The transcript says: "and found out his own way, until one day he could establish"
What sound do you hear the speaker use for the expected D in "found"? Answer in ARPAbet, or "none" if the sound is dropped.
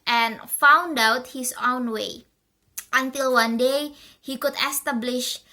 D